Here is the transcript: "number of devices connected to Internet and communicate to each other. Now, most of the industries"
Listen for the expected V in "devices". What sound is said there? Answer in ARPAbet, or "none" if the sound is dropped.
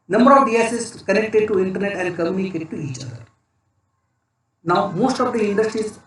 none